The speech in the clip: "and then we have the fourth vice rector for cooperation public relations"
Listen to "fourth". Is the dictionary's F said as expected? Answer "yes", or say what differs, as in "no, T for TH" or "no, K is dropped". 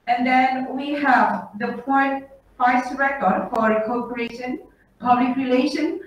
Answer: no, P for F